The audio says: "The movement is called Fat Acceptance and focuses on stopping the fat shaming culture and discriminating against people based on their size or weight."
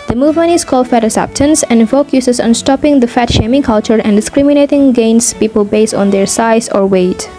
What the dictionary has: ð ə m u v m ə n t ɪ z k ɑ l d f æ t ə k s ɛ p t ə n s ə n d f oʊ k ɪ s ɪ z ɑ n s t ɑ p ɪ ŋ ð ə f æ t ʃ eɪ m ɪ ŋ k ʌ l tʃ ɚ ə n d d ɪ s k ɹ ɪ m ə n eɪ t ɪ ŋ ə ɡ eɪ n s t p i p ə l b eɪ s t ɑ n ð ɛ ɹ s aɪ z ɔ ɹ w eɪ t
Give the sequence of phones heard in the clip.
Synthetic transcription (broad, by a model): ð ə m u v m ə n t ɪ s k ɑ l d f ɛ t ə s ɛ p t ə n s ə n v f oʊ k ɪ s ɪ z ɑ n s t ɑ p ɪ ŋ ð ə f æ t ʃ eɪ m ɪ ŋ k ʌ l tʃ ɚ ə n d d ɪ s k ɹ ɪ m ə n eɪ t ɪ ŋ ɡ eɪ n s p i p ə l b eɪ s t ɑ n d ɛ ɹ s aɪ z ɔ ɹ w eɪ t